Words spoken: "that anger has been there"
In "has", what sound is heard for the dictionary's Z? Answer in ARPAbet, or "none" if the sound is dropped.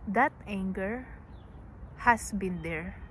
S